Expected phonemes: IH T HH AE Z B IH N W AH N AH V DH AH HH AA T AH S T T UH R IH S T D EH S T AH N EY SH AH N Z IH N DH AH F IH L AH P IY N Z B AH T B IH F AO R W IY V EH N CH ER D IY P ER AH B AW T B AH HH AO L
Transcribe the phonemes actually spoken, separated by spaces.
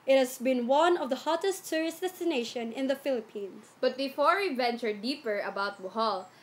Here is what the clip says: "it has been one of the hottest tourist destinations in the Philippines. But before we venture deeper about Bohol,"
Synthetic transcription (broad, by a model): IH T HH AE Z B IH N W AH N AH V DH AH HH AA T AH S T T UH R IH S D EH S T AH N EY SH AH N IH N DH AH F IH L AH P IY N S B AH T B IH F AO R W IY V EH N CH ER D IY P ER AH B AW T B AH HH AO L